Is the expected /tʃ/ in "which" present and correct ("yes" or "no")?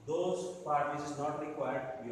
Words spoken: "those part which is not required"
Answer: no